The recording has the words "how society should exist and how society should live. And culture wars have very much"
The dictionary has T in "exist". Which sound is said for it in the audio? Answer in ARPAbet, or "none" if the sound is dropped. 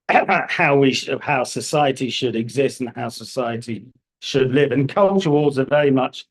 T